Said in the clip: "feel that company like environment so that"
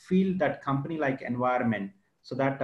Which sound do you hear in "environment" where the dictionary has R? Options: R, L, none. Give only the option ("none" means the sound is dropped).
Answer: none